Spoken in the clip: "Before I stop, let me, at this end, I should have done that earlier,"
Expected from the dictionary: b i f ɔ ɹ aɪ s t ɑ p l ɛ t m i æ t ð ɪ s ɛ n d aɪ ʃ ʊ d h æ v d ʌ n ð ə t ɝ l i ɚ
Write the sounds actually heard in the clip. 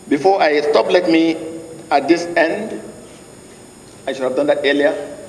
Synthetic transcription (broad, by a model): b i f ɔ aɪ s t ɑ p l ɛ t m i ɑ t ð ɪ s ɛ n d aɪ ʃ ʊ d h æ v d ʌ n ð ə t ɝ l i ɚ